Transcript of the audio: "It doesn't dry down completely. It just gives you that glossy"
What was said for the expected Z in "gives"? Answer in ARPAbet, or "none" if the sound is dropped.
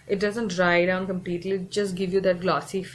none